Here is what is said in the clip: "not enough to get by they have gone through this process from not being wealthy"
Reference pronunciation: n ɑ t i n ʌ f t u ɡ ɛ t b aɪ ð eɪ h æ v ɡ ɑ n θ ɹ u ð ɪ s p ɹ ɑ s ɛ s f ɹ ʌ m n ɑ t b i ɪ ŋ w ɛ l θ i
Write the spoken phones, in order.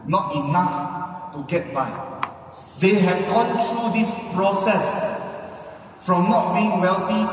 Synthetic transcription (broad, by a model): n ɑ t i n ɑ f t u ɡ ɛ t b aɪ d eɪ h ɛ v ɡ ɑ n t ɹ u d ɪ s p ɹ ɑ s ɛ s f ɹ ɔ m n ɑ t b i ɪ ŋ w ɛ l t i